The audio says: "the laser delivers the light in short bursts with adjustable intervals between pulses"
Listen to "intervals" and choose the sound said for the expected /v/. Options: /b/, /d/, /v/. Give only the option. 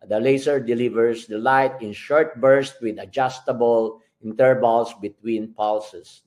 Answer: /b/